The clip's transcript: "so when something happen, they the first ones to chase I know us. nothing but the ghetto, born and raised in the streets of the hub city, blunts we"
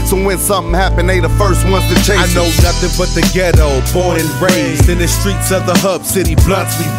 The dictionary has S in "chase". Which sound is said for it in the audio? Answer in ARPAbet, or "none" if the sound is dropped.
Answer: none